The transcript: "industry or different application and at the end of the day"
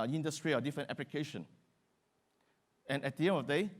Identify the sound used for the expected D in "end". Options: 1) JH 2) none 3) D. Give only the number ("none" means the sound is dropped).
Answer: 2